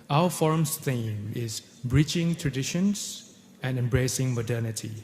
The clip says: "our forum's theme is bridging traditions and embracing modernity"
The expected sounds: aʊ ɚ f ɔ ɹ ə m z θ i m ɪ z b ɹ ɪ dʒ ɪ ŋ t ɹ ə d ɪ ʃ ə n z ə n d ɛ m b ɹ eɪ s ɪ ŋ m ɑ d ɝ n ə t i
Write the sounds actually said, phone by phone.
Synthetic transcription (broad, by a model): aʊ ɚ f ɔ ɹ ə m s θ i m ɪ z b ɹ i tʃ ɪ ŋ t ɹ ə d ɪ ʃ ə n s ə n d ɛ m b ɹ eɪ s ɪ ŋ m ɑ d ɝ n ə t i